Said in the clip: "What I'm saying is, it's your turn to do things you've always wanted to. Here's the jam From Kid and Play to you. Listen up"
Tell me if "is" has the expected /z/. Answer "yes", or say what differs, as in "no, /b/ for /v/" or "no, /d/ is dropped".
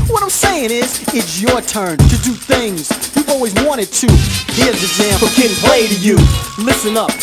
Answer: yes